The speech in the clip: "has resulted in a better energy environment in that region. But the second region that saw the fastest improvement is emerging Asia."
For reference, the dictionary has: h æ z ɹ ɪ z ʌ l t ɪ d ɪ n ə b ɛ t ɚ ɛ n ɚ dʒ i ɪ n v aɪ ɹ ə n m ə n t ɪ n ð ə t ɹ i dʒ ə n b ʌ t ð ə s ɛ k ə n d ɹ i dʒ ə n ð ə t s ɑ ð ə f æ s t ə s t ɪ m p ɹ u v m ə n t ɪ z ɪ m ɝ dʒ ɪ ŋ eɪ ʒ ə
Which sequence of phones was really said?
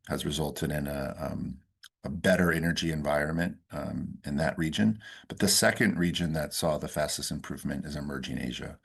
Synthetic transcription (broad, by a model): h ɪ z ɹ ɪ z ʌ l t ɪ d ɪ n ə b ɛ t ɚ ɛ n ɚ dʒ i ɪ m v aɪ ɹ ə n m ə n t ɪ n ð ə t ɹ i dʒ ə n b ʌ t ð ə s ɛ k ə n d ɹ i dʒ ə n ð ə t s ɑ ð ə f æ s t ə s t ɪ m p ɹ u v m ə n t ɪ z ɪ m ɝ dʒ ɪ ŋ eɪ ʒ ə